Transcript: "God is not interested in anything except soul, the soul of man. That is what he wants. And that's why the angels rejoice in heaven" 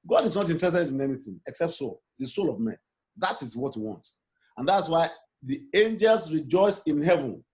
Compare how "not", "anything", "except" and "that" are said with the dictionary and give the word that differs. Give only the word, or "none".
none